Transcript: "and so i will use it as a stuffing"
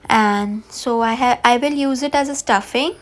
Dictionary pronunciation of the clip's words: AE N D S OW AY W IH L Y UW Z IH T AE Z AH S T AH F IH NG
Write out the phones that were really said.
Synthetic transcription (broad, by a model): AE N D S OW AY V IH L Y UW Z IH T AE Z AH S T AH F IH NG